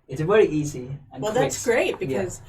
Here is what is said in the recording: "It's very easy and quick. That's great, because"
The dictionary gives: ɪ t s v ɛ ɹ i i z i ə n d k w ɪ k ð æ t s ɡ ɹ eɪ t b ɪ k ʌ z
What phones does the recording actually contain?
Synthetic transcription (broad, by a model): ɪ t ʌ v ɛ ɹ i i z i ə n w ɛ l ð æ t s ɡ ɹ eɪ t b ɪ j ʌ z